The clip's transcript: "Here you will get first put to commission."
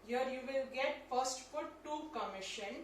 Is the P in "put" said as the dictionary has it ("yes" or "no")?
no